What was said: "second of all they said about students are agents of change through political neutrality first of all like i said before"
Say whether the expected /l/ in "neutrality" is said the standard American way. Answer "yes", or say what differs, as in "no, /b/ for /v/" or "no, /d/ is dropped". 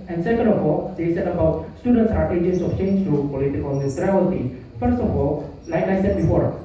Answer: no, /l/ is dropped